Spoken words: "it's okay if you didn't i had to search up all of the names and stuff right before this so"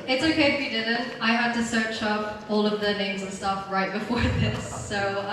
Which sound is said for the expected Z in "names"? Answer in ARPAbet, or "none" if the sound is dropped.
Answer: Z